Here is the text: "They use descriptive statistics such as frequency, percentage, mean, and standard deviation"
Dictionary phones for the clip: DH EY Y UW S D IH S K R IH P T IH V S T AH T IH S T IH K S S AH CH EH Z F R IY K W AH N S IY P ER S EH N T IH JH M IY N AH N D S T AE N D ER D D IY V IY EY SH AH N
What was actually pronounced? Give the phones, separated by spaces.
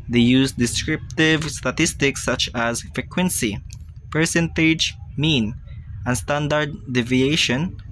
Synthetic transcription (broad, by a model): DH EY Y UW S D IH S K R IH P T IH V S T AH T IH S T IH K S S AH CH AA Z F R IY K W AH N S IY P ER S EH N T IH JH M IY N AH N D S T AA N D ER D D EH V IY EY SH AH N